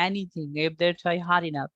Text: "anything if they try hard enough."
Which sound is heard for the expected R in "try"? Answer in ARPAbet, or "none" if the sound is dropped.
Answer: none